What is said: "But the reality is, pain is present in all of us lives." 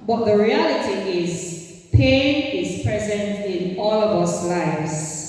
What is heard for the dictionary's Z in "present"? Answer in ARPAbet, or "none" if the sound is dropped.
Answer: Z